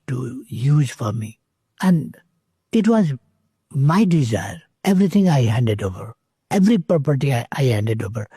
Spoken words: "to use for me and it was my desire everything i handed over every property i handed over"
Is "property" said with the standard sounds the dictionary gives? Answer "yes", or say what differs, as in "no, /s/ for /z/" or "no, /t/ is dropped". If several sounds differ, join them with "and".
no, /ɹ/ is dropped